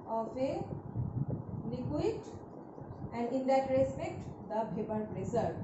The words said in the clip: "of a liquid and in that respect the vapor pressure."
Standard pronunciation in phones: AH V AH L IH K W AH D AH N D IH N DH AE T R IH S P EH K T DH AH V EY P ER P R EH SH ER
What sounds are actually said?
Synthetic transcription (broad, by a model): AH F AH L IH K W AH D AH N D IH N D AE T R IH S P EH K T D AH B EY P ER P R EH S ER